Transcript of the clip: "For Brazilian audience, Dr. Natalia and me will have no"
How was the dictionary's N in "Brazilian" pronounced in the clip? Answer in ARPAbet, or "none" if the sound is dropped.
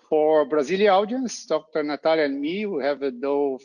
none